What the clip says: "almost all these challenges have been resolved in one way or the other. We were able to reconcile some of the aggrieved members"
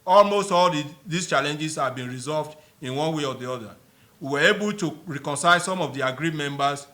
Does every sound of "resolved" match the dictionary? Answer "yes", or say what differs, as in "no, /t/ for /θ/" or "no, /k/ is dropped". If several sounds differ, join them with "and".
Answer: yes